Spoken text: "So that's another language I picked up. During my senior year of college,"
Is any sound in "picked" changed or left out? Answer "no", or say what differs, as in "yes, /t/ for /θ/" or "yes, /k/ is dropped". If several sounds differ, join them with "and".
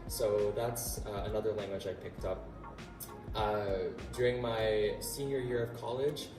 no